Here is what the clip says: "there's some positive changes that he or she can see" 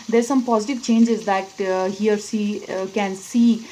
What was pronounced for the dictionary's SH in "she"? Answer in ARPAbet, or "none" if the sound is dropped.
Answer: S